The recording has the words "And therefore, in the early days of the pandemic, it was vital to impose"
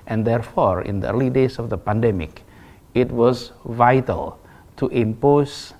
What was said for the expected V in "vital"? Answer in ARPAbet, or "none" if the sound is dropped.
V